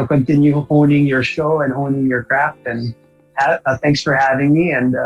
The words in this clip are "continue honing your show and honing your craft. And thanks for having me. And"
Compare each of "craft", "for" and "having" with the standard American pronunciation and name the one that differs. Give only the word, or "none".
none